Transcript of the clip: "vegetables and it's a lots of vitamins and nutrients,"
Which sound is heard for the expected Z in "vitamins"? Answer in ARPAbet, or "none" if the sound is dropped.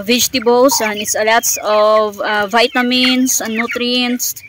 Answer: S